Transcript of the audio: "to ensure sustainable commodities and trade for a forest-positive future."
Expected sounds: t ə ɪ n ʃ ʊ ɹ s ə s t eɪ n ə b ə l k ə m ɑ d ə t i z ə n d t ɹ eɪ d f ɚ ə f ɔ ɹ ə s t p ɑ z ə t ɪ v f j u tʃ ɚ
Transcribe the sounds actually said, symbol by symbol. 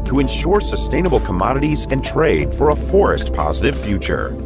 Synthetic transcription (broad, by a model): t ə ɪ n ʃ ʊ ɹ s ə s t eɪ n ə b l k ə m ɑ d ə t i z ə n t ɹ eɪ d f ɚ ə f ɔ ɹ ə s t p ɑ z ə t ɪ v f j u tʃ ɚ